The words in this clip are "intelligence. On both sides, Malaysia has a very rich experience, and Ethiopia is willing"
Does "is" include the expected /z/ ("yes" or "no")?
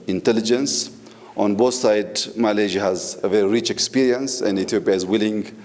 yes